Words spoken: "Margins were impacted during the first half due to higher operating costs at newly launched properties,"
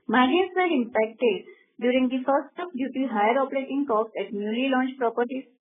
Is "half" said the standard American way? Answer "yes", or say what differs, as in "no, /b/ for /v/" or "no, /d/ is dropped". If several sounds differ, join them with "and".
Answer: no, /p/ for /f/